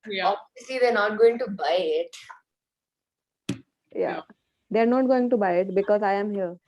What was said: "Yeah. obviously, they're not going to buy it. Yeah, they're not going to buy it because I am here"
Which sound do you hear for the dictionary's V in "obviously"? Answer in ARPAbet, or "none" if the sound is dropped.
none